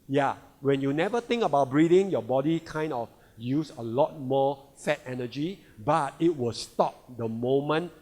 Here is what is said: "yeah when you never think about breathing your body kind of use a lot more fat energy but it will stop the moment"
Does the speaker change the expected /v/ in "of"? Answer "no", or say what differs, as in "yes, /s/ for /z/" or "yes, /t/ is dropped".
yes, /f/ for /v/